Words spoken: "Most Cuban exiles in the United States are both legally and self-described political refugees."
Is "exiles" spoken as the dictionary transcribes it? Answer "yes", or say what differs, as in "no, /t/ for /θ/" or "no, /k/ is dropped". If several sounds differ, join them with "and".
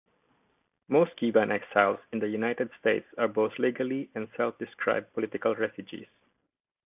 no, /s/ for /z/